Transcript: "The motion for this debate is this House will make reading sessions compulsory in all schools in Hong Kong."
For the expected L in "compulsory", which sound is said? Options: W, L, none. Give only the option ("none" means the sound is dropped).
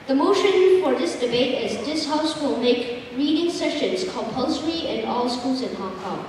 L